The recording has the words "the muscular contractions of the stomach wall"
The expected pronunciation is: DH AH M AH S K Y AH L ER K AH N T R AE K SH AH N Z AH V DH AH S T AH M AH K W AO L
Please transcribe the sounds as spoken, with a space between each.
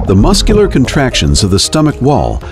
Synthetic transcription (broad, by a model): DH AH M AH S K Y L ER K AH N T R AE K SH AH N Z AH V DH AH S T AH M AH K W AO L